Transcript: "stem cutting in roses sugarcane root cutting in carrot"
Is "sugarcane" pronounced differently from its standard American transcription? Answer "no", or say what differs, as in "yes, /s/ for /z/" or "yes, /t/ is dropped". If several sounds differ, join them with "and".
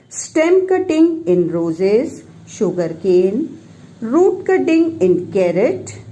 no